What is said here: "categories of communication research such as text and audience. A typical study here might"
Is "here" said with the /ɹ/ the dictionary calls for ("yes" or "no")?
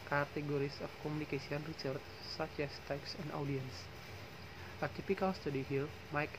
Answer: no